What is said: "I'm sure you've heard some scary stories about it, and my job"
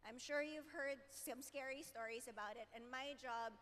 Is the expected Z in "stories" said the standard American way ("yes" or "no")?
yes